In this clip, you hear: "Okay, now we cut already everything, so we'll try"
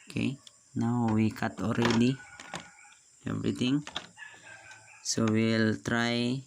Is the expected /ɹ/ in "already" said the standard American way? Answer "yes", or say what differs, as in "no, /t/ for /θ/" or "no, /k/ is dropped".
yes